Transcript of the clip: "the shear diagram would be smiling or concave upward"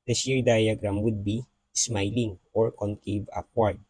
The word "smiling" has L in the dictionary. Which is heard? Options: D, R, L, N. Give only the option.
L